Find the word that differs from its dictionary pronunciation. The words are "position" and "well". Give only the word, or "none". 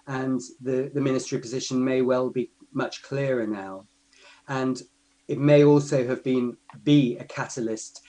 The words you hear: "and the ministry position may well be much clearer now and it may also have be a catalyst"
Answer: none